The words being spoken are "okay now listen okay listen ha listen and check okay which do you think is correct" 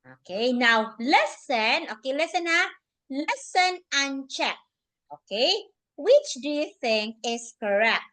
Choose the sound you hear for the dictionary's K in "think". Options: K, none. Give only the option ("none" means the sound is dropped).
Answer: K